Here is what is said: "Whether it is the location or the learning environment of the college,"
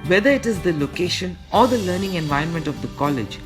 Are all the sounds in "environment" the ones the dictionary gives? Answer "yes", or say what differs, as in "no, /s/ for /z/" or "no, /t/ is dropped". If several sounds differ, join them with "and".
no, /ɹ/ is dropped